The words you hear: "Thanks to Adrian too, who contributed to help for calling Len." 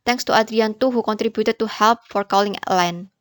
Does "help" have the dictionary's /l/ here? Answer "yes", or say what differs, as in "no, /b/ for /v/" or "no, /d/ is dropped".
yes